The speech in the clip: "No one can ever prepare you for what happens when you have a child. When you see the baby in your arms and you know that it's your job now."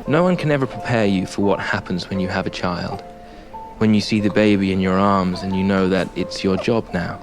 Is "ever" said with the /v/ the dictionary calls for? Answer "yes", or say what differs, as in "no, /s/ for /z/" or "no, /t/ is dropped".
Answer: yes